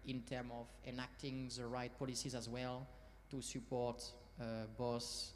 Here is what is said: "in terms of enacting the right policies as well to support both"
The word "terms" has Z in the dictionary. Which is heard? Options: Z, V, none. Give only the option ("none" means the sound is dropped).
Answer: none